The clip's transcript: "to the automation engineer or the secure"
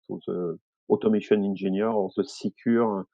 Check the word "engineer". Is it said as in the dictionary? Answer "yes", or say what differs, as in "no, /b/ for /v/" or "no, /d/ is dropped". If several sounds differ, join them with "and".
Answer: no, /ʒ/ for /dʒ/